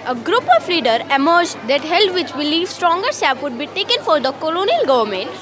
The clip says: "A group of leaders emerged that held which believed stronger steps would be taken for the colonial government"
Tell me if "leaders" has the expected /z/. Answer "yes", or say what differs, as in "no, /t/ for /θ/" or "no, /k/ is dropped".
no, /z/ is dropped